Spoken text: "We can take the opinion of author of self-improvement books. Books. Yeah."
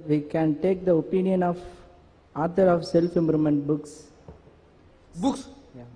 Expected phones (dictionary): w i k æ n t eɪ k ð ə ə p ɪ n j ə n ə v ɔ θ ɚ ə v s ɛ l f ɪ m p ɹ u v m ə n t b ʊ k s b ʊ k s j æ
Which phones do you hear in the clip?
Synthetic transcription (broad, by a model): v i k æ n t eɪ k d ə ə p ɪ n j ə n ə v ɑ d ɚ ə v s ɛ l f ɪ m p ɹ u m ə n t b ʊ k s b ʊ k s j